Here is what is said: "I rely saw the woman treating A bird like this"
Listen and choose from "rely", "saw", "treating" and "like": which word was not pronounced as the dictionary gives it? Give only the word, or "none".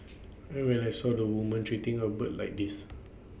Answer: rely